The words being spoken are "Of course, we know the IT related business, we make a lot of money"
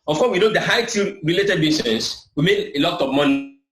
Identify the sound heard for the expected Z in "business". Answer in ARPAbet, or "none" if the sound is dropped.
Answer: S